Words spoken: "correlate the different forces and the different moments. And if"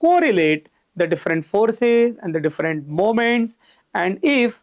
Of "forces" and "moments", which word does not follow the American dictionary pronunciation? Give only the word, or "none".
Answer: none